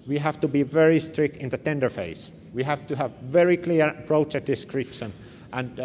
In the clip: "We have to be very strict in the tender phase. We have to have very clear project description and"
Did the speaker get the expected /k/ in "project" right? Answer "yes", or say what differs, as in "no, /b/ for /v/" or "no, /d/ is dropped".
no, /k/ is dropped